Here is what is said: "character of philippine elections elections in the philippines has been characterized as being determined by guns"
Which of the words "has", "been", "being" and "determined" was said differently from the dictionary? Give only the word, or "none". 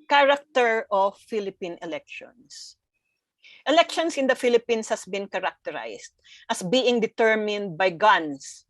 has